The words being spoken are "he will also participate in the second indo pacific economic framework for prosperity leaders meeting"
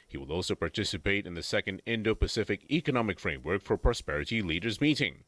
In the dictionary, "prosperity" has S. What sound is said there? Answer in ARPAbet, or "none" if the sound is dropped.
S